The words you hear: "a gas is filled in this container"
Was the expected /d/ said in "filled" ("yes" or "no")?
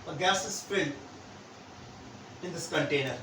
no